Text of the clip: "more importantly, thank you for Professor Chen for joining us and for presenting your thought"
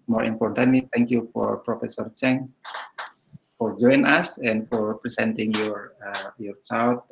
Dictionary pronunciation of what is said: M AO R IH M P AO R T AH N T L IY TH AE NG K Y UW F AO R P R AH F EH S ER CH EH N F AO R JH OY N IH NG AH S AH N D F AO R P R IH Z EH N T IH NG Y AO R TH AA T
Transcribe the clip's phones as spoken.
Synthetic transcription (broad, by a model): M AO R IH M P AO R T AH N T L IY T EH NG K Y UW F AO R P R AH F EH S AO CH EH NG F AO R JH OY IH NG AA S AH N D F AO R P R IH S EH N T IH NG Y AO R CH AA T